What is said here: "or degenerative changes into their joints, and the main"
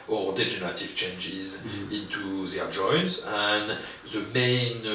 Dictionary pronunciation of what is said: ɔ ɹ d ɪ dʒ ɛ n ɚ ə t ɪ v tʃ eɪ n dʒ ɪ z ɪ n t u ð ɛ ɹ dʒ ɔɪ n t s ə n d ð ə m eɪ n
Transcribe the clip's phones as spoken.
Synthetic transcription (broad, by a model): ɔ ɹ d ɪ dʒ ɛ n ɚ ə t ɪ v tʃ eɪ n dʒ ɪ z ɪ n t u ð ɛ ɹ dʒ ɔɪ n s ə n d ð ə m eɪ n